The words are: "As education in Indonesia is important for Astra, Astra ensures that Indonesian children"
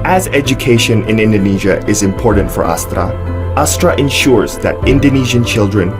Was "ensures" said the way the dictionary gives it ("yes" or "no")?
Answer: yes